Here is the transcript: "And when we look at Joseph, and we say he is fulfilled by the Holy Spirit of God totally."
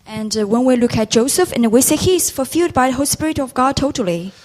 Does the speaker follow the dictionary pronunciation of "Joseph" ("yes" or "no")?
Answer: yes